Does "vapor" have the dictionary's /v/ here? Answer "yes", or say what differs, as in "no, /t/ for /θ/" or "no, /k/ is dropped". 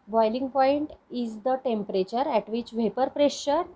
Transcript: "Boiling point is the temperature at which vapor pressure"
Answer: yes